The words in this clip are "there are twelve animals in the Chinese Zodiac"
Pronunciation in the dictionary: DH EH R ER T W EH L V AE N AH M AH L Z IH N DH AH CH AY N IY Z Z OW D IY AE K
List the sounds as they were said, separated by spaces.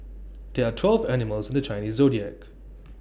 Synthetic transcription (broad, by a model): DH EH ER T W EH L V AE N AH M AH L Z IH N DH AH CH AY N IY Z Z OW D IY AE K